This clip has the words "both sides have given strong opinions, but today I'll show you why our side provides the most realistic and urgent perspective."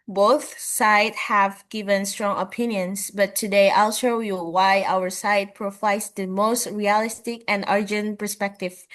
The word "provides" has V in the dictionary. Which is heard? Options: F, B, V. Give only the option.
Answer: F